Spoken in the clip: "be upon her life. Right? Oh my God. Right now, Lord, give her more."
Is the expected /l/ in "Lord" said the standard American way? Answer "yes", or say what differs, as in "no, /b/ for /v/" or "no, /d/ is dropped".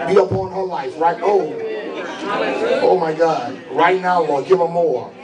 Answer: no, /w/ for /l/